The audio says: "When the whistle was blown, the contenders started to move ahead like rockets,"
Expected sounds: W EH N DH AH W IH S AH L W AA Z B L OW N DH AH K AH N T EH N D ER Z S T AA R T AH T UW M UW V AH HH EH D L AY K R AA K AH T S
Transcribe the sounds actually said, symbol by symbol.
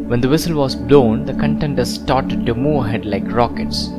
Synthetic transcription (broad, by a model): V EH N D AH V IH S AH L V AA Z B L OW N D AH K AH N T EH N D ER S T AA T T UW M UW AH HH EH D L AY K R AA K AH T S